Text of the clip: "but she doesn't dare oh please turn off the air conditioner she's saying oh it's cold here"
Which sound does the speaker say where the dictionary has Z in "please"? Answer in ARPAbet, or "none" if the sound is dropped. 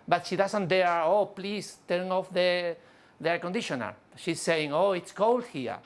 S